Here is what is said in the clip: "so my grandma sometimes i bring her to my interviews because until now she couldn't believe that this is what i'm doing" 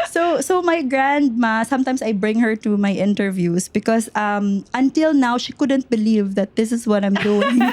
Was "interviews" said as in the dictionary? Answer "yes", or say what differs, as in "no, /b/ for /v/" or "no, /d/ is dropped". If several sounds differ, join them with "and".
no, /s/ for /z/